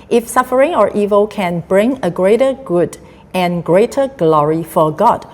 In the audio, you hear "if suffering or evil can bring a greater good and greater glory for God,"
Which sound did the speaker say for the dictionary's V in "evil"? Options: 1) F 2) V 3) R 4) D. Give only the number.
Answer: 2